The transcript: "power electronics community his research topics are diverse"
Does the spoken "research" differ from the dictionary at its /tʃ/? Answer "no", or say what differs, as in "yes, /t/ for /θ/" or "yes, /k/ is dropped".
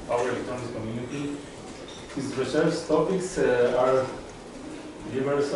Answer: yes, /s/ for /tʃ/